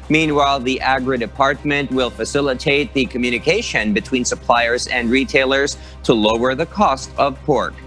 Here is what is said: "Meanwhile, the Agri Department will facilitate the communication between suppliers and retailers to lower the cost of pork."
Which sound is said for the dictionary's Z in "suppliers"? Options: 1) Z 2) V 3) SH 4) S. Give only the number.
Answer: 1